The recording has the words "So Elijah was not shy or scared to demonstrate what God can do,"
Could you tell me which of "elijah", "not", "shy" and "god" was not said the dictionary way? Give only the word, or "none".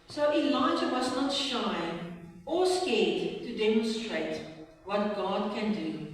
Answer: none